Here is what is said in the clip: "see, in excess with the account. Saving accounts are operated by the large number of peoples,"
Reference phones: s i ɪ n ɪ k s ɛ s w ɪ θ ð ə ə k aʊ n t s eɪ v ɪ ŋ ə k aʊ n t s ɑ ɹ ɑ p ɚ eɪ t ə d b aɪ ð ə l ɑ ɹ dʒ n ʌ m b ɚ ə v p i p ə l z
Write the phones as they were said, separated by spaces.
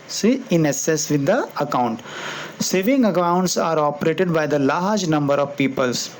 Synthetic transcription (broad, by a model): s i ɪ n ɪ s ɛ s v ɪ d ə ə k aʊ n t s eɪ v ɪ ŋ ə k aʊ n t s ɑ ɹ ɑ p ɚ eɪ t ə d b aɪ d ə l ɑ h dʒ n ʌ m b ɚ ə v p i p ə l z